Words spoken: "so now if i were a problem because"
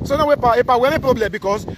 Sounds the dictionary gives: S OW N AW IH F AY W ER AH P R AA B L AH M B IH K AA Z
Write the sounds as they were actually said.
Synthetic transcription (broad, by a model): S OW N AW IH P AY W ER AH P R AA B L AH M B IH K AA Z